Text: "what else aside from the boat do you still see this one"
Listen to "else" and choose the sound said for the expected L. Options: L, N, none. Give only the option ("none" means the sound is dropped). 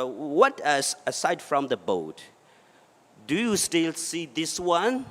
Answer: none